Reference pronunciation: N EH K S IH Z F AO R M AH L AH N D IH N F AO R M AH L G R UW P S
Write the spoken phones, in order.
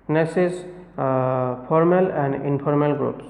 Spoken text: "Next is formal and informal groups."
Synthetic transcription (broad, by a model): N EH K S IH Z P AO R M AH L AH N D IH N P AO R M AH L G R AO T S